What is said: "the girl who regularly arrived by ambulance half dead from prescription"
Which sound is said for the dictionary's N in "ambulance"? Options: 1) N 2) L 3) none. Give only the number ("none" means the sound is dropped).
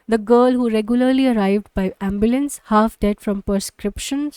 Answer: 1